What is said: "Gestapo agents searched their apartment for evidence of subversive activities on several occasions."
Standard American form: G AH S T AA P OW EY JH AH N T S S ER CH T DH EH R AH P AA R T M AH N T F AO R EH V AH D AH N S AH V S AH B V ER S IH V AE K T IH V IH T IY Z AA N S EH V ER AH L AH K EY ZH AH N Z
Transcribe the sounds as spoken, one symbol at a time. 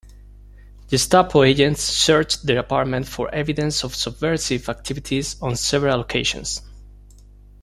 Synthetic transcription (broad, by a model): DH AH S T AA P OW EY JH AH N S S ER CH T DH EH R AH P AA R T M AH N T F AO R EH V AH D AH N S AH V S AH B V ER S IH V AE K T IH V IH T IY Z AA N S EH V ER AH L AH K EY SH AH N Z